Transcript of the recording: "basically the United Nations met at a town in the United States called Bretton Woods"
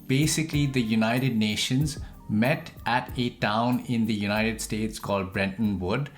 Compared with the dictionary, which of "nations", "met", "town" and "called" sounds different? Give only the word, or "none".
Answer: none